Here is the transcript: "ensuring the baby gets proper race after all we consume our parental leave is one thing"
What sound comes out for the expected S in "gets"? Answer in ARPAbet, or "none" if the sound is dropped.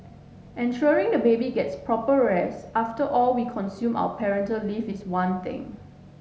S